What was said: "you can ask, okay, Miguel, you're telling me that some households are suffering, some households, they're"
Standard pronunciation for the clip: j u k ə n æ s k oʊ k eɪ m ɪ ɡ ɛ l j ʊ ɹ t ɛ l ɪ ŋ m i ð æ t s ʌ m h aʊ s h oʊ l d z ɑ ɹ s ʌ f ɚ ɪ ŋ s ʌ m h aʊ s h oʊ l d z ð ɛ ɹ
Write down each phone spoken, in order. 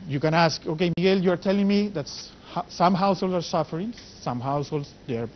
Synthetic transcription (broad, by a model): j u k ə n æ s k oʊ k eɪ m ɪ ɡ ɛ l j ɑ ɹ t ɛ l ɪ ŋ m i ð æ t s ʌ m h aʊ s h oʊ l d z ɑ ɹ s ʌ f ɚ ɪ ŋ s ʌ m h aʊ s h oʊ l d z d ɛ ɹ